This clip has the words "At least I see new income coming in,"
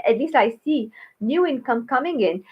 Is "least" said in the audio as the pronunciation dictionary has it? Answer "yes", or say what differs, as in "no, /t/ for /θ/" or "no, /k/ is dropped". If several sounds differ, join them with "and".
no, /t/ is dropped